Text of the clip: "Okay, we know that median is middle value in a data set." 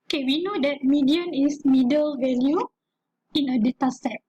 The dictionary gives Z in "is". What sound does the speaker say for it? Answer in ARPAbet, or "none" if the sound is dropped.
S